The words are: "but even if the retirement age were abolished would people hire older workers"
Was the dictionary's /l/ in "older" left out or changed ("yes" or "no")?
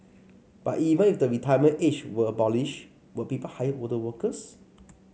yes